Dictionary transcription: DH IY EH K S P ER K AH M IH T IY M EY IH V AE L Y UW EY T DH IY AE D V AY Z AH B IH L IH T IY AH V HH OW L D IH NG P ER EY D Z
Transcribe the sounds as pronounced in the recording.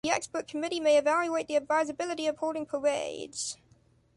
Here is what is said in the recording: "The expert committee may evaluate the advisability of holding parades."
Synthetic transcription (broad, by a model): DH IY EH K S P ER K AH M IH T IY M EY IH V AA L Y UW EY T DH IY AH D V AY Z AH B IH L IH T IY AH V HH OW D IH NG P ER EY D Z